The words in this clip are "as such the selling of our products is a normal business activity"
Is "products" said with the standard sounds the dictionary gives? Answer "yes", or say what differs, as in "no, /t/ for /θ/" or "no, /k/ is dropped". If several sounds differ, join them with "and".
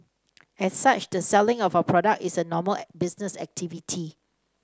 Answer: no, /s/ is dropped